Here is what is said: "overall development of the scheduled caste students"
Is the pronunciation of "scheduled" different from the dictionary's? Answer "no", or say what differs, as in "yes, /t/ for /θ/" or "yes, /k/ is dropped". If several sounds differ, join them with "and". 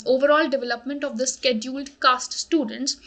no